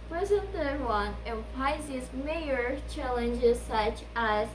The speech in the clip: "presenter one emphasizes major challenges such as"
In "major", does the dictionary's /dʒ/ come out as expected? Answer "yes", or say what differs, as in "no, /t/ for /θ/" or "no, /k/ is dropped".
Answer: no, /dʒ/ is dropped